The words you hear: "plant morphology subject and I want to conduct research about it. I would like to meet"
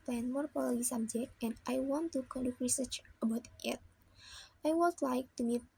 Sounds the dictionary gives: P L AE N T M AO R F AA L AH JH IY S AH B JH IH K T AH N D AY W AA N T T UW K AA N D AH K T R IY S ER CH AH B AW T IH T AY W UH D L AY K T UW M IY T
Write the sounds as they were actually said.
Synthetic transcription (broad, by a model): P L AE N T M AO R P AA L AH IY S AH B JH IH K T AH N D AY W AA N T T UW K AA N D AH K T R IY S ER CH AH B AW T IH T AY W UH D L AY K T UW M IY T